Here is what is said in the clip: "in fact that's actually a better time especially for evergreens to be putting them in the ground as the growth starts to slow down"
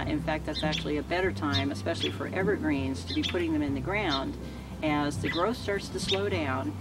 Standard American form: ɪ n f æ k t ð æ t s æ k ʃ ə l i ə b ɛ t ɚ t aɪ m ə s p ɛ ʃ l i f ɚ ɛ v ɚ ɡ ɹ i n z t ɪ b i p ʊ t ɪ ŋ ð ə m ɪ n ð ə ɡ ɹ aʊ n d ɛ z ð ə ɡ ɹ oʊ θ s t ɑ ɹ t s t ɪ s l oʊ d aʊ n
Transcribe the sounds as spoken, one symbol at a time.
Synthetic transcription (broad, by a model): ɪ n f æ k t ð æ t s æ k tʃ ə l i ə b ɛ t ɚ t aɪ m ə s p ɛ ʃ l i f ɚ ɛ v ɚ ɡ ɹ i n z t ɪ b i p ʊ t ɪ ŋ ð ə m ɪ n ð ə ɡ ɹ aʊ n d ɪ z ð ə ɡ ɹ oʊ θ s t ɑ ɹ t s t ɪ s l oʊ d aʊ n